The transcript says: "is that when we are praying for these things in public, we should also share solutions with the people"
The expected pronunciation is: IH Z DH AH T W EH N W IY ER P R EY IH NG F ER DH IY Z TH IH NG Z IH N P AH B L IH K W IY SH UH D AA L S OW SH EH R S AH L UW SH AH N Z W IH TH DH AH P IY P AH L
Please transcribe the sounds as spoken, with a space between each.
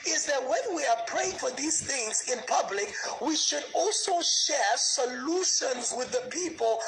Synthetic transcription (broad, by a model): IH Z DH AH T W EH N W IY ER P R EY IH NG F ER DH IY Z TH IH NG Z IH N P AH B L IH K W IY SH UH D AA L S OW SH EH R S AH L UW SH AH N Z W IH DH AH P IY P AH L